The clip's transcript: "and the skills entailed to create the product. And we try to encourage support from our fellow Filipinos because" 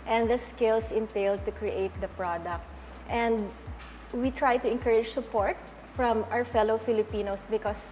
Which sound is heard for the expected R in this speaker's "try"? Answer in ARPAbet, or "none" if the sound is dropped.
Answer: R